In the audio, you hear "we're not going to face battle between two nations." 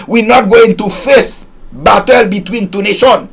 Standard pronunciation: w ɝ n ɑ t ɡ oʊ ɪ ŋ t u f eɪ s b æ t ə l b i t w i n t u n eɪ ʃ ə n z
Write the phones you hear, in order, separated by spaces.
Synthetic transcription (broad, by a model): w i n ɑ t ɡ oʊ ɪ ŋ t u f eɪ s b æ t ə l b i t w i n t u n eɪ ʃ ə n